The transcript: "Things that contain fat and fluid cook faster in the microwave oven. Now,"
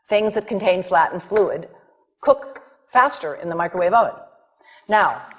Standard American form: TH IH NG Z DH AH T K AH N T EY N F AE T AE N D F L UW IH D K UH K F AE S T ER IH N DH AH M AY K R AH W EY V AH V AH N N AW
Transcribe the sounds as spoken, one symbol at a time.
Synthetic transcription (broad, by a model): TH IH NG Z DH AH T K N T EY N F AE T N F L UW IH D K UH K F AE S T ER IH N DH AH M AY K R AH W EY V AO AH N N AW